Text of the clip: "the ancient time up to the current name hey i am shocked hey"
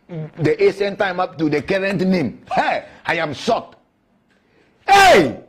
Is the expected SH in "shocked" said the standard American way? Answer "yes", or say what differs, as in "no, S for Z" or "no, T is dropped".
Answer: no, S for SH